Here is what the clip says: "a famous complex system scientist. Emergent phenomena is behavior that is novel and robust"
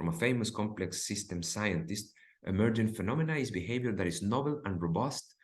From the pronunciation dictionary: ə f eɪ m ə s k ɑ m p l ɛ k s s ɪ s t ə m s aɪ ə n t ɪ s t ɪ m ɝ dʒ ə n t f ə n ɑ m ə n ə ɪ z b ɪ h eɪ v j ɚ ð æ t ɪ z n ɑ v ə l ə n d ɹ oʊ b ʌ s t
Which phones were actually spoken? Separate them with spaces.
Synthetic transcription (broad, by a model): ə f eɪ m ə s k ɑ m p l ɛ k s s ɪ s t ə m s aɪ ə n t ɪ s t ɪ m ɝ dʒ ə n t f ə n ɑ m ə n ə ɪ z b ɪ h eɪ v j ɚ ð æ t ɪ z n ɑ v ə l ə n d ɹ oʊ b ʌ s t